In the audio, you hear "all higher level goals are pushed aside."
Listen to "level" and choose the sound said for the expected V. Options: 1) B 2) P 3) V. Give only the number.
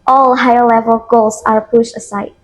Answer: 3